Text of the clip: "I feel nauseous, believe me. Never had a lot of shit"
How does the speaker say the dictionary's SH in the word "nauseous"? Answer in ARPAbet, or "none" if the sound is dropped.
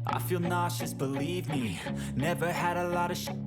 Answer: SH